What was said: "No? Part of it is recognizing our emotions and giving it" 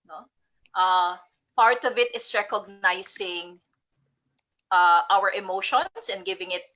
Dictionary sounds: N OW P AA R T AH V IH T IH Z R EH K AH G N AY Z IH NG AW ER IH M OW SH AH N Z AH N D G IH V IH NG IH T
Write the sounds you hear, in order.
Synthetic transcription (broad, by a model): N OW P AA R T AH V IH T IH S R EH K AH G N AY S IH NG AW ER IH M OW SH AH N S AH N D G IH V IH NG IH T